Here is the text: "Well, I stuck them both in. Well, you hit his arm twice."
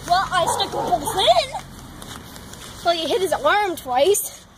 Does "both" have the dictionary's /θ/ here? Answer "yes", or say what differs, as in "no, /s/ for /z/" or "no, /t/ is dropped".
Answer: no, /s/ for /θ/